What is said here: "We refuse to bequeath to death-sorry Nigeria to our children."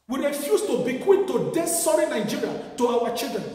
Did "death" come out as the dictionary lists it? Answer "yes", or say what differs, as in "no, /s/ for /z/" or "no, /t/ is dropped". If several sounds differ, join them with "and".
no, /s/ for /θ/